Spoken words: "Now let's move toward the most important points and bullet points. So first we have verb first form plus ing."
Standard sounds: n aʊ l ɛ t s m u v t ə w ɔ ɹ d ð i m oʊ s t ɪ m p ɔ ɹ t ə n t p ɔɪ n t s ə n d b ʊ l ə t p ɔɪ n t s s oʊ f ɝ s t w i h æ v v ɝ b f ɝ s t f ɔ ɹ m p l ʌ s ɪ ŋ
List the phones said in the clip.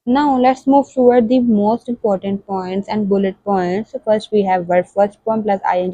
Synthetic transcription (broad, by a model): n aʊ l ɛ t s m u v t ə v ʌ ɹ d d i m oʊ s t ɪ m p ɔ ɹ t ə n t p ɔɪ n t s ə n d b ʊ l ə t p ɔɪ n t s s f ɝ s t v i h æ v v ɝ f ɝ s t p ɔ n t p l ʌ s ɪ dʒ